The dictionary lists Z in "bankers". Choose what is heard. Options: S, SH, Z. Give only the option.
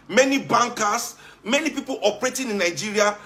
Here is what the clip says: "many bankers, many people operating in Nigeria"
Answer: S